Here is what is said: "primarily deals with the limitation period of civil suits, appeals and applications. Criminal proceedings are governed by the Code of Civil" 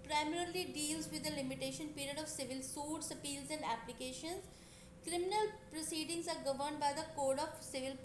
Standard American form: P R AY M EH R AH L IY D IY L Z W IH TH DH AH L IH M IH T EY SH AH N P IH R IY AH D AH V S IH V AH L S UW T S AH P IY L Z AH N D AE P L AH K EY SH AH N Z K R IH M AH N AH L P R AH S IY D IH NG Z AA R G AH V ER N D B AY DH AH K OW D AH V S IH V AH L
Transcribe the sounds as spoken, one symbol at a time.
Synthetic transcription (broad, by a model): P R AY M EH R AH L IY D IY L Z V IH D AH L IH M IH T EY SH AH N P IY R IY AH D AH V S IH V AH L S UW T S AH P IY L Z AH N D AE P L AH K EY SH AH N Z K R IH M AH N AH L P R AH S IY D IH NG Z AA R G AH V ER N D B AY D AH K OW D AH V S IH V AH L